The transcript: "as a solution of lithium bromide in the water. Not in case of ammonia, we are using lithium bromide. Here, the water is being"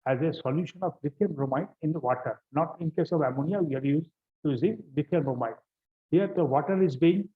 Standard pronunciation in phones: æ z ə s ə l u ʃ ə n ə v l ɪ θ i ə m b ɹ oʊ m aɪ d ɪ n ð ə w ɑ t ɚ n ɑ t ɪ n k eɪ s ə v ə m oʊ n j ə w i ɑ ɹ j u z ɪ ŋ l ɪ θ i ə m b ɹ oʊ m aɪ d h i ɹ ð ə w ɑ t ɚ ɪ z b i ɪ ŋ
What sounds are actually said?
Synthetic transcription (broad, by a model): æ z ə s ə l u ʃ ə n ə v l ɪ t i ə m ɹ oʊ m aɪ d ɪ n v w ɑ t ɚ n ɑ t ɪ n k eɪ s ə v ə m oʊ n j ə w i ɑ ɹ j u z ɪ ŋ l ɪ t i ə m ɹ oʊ m aɪ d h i ɹ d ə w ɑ t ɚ ɪ z b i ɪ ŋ